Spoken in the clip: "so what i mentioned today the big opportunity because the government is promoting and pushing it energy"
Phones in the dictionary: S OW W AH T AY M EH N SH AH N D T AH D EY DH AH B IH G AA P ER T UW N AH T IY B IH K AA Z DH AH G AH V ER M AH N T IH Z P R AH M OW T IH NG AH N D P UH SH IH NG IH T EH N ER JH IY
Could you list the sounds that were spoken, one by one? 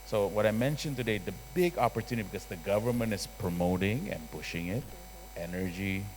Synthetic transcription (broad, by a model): S OW W AH T AY M EH N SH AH N T AH D EY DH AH B IH G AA P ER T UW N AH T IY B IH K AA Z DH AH G AH V ER M AH N T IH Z P R AH M OW T IH NG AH N P UH SH IH NG IH T EH N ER JH IY